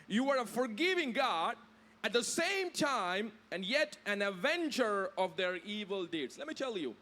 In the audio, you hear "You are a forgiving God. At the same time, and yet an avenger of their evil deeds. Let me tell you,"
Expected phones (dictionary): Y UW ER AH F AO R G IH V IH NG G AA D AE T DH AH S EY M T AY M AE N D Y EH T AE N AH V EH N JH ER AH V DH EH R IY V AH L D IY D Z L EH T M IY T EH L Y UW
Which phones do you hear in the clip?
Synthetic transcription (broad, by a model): Y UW ER AH F AO R G IH V IH NG G AA D AE T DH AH S EY M T AY M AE N D Y EH T AE N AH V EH N CH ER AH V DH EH R IY V AH L D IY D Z L EH T M IY T EH L Y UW